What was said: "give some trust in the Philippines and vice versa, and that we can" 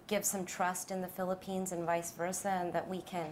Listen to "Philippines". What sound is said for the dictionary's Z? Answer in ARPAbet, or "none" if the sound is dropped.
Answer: Z